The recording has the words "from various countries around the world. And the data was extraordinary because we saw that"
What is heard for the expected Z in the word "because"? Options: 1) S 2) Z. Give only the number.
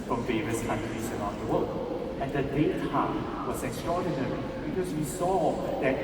1